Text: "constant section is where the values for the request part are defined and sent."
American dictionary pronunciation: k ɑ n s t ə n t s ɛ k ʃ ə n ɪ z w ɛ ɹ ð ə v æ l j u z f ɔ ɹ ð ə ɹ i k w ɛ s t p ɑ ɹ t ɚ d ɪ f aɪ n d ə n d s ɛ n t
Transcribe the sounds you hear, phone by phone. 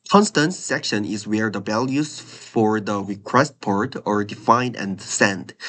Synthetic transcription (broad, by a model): k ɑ n s t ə n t s ɛ k ʃ ə n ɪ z w ɛ ɹ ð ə b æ l j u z f ɔ ɹ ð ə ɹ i k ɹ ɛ s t p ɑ ɹ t ɚ d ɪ f aɪ n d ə n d s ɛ n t